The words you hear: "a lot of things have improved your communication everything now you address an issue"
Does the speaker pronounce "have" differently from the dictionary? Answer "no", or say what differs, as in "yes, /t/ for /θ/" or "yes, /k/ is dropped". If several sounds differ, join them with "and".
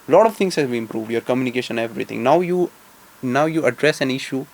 yes, /b/ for /v/